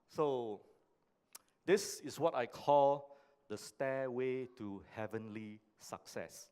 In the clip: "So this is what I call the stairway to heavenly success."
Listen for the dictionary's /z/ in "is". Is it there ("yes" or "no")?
no